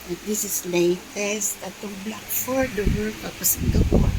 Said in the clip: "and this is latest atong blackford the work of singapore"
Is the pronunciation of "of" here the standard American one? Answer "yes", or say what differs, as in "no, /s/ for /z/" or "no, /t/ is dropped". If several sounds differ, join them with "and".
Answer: no, /p/ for /v/